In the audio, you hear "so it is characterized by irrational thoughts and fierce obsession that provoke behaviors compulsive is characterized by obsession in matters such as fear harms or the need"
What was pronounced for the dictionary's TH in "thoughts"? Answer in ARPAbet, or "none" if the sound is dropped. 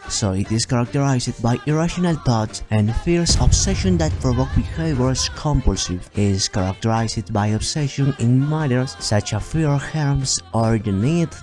T